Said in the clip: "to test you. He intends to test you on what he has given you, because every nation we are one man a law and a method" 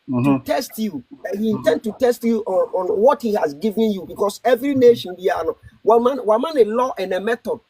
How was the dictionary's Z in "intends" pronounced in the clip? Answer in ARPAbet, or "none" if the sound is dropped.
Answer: none